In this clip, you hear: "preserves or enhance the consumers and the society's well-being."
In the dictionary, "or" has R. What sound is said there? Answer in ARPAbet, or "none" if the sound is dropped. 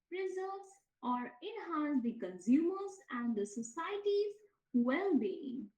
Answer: R